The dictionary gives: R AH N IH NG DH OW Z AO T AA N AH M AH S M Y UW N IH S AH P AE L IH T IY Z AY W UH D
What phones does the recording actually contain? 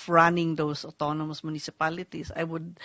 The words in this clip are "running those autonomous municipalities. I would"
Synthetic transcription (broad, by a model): R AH N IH NG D OW S AO T AA N AH M AH S M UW N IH S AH P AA L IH T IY S AY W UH D